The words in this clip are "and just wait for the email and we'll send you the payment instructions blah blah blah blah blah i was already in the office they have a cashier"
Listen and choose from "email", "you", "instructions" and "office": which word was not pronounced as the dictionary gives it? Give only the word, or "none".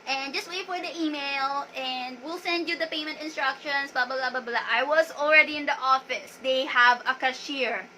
instructions